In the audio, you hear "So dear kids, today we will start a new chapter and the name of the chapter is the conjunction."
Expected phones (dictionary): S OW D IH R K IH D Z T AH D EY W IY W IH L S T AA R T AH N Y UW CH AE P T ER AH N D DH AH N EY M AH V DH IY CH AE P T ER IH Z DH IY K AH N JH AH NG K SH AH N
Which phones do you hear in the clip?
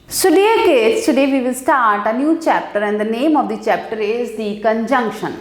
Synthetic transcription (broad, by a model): S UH D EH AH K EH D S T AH D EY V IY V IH L S T AA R T AH N Y UW CH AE P T ER AH N D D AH N EY M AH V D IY CH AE P T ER IH Z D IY K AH N JH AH NG K SH AH N